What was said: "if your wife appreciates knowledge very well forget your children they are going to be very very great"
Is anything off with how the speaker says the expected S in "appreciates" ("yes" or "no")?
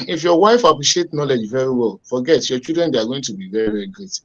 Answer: yes